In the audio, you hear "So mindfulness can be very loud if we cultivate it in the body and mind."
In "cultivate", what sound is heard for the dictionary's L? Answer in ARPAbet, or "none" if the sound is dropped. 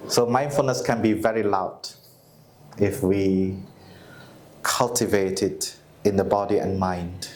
L